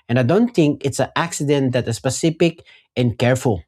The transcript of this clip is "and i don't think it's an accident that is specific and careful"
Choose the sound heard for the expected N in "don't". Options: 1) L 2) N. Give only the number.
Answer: 2